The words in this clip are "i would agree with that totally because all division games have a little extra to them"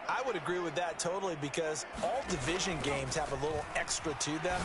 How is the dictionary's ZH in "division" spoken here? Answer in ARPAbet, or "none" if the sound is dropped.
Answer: ZH